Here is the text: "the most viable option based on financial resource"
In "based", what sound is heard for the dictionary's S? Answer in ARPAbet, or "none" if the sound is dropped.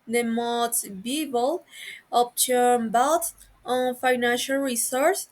none